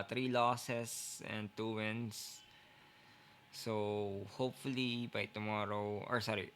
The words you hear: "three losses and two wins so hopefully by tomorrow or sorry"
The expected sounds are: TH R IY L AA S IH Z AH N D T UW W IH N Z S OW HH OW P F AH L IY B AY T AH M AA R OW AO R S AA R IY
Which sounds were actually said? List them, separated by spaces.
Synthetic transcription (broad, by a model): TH R IY L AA S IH S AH N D T UW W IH N S OW HH OW P F AH L IY B AY T AH M AA R OW AO R S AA R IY